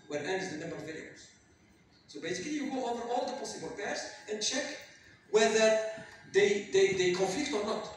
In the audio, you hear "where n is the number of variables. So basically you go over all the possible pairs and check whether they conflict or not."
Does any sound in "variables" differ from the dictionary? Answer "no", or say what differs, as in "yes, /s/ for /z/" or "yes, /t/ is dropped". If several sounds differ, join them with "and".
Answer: yes, /b/ is dropped